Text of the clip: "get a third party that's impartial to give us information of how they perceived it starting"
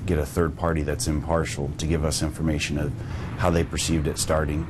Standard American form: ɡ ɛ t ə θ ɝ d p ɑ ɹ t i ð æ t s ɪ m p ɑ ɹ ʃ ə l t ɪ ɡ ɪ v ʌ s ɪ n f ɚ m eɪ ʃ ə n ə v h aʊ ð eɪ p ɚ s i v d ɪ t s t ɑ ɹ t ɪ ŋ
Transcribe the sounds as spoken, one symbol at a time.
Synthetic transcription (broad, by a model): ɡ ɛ t ə θ ɝ d p ɑ ɹ t i ð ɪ t s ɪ m p ɑ ɹ ʃ l t ɪ ɡ ɪ v ʌ s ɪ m f ɚ m eɪ ʃ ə n ə v h aʊ ð eɪ p ɚ s i v d ɪ t s t ɑ ɹ t ɪ ŋ